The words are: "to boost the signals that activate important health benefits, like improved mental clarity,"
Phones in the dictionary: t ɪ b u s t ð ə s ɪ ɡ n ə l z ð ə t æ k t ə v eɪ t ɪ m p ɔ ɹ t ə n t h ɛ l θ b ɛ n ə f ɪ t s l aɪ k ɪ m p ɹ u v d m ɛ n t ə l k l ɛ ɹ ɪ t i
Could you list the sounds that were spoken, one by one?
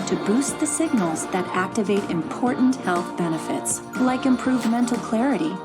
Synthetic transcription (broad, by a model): t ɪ b u s t ð ə s ɪ ɡ n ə l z ð ə t æ k t ə v eɪ t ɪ m p ɔ ɹ t n t h ɛ l θ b ɛ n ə f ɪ t s l aɪ k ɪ m p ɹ u v m ɛ n t l k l ɛ ɹ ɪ t i